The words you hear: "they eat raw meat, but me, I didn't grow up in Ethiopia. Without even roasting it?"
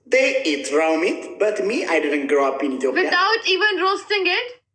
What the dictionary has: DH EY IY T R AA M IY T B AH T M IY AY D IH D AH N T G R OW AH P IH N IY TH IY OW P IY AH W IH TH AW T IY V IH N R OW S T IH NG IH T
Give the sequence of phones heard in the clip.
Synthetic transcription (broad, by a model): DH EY IY T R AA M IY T B AH T M IY AY D IH D AH N T G R OW AH P IH N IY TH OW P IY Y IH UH T IY V IH N R OW S T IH NG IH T